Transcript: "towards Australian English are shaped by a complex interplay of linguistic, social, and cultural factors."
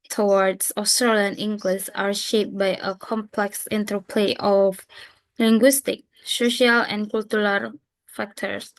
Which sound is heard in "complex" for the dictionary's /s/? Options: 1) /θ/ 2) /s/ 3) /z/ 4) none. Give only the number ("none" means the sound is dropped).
2